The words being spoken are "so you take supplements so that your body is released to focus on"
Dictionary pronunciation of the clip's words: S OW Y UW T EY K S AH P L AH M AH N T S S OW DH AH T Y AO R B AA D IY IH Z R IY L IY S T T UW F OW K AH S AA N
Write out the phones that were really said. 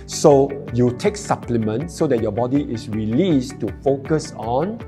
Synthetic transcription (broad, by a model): S OW Y UW T EY K S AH P L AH M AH N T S S OW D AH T Y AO B AA D IY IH S R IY L IY S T T UW F OW K AH S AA N